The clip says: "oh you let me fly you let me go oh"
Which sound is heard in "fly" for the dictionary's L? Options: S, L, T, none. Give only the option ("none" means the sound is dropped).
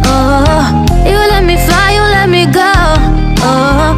none